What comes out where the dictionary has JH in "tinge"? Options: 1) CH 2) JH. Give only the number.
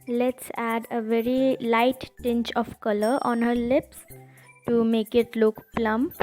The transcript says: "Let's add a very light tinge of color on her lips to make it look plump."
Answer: 1